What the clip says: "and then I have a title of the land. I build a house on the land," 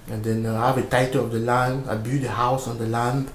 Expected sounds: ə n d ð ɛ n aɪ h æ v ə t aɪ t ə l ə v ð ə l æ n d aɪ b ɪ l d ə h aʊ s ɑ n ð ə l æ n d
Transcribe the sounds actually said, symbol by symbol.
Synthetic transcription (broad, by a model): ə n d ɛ n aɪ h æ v ə t aɪ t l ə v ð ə l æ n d aɪ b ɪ d ə h aʊ s ɑ n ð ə l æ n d